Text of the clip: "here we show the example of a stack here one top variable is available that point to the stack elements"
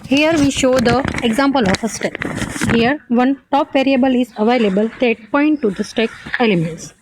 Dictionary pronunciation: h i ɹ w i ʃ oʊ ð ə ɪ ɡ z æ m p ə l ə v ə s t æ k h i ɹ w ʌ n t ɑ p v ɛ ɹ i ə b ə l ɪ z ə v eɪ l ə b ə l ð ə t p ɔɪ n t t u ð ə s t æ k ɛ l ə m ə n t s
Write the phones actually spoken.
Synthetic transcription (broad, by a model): h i ɹ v i ʃ oʊ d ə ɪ ɡ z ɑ m p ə l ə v ə s t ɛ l h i ɹ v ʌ n t ɑ p v ɛ ɹ i ə b ə l ɪ z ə v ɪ l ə b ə l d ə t p ɔɪ n t t u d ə s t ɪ k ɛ l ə m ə n t s